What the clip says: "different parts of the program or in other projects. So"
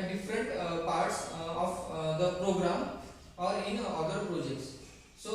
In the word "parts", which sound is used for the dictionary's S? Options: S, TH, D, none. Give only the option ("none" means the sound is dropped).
S